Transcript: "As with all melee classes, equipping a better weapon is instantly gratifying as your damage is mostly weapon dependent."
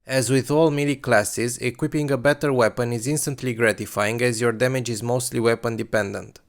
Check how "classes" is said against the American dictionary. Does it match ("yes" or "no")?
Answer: yes